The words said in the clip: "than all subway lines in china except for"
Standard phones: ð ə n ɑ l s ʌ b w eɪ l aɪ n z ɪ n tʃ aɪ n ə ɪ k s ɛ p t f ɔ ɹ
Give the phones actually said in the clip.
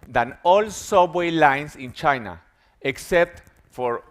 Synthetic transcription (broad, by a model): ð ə n ɑ l s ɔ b w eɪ l aɪ n s ɪ n tʃ aɪ n ə ɪ k s ɛ p t f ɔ ɹ